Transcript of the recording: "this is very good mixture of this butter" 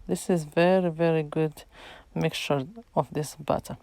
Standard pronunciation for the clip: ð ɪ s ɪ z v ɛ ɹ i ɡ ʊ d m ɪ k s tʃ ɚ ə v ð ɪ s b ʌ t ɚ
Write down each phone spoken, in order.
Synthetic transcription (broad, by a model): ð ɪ s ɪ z v ɛ ɹ i ɡ ʊ d m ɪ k tʃ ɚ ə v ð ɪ s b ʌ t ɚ